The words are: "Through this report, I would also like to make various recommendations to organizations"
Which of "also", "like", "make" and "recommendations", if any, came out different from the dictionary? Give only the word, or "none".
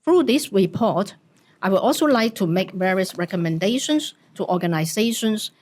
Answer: recommendations